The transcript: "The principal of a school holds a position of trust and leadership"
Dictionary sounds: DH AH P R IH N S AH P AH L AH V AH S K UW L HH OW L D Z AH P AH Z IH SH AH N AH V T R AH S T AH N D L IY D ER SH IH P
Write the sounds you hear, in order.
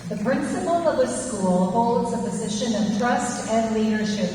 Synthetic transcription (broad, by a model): DH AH P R IH N S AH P L AH V AH S K UW L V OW L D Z AH P AH Z IH SH AH N AH V T R AH S T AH N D L IY D ER SH IH P